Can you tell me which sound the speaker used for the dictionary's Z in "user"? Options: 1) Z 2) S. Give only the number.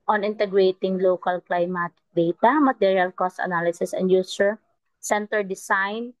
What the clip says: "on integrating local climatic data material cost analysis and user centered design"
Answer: 2